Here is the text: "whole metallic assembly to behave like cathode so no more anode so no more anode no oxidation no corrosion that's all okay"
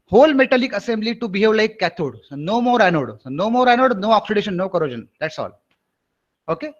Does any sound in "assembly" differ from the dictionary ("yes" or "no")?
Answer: no